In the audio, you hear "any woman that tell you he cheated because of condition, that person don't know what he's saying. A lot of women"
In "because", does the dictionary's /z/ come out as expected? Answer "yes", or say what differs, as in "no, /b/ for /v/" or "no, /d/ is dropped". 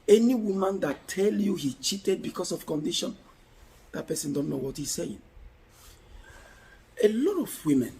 no, /s/ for /z/